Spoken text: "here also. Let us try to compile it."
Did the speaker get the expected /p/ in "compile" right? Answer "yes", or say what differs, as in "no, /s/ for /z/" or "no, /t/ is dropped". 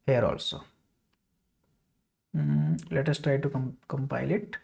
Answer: yes